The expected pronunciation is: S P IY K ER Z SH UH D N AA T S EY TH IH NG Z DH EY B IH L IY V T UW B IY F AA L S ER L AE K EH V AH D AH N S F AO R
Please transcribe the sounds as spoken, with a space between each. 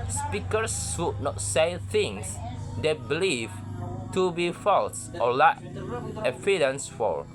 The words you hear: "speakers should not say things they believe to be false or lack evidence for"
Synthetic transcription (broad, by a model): S P IY K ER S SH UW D N AA T S EY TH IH NG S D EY B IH L IY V T UW B IY F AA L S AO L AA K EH F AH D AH N S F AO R